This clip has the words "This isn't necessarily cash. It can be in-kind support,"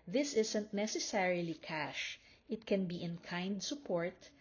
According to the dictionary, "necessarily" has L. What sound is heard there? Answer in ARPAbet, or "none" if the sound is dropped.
L